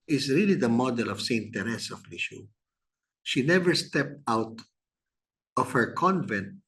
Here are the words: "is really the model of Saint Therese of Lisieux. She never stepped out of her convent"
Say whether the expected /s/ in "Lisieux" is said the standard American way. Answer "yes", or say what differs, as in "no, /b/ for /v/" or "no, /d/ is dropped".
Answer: no, /ʃ/ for /s/